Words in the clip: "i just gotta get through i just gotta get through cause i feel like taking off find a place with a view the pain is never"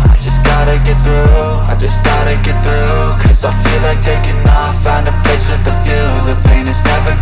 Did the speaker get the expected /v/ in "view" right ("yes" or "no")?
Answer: no